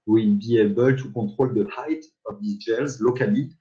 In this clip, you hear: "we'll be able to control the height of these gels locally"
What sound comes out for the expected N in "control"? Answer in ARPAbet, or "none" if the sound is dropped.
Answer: none